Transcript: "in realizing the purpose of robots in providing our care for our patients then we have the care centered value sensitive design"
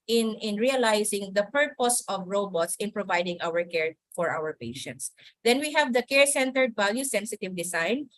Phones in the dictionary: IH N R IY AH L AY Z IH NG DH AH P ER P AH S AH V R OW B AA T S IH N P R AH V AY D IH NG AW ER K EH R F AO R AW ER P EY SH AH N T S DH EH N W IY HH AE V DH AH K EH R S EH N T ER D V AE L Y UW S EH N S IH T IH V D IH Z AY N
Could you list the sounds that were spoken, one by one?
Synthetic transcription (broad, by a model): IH N R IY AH L AY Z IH NG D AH P ER P AH S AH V R OW B AA T S IH N P R AH V AY D IH NG AW ER K EH R F AO R AW ER P EY SH AH N T S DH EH N W IY HH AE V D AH K EH R S EH N T ER D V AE L Y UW S EH N S IH T IH V D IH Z AY N